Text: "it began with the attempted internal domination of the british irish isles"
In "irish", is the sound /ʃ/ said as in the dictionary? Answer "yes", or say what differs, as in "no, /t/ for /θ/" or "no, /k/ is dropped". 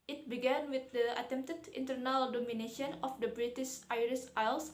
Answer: no, /s/ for /ʃ/